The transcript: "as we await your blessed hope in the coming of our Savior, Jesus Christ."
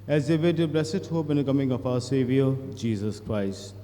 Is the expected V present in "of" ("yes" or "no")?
no